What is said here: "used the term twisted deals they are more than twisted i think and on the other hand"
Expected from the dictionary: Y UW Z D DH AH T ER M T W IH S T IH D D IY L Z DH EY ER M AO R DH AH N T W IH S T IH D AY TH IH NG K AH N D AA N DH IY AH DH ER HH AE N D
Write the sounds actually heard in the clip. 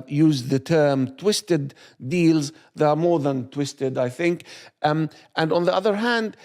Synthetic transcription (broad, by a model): Y UW Z DH AH T ER M T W IH S T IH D D IY L Z DH EY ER M AO R DH AH N T W IH S T IH D AY TH IH NG K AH N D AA N DH IY AH DH ER HH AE N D